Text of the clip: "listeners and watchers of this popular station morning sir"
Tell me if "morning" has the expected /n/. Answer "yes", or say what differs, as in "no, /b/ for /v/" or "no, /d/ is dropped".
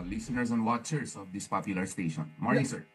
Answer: no, /n/ is dropped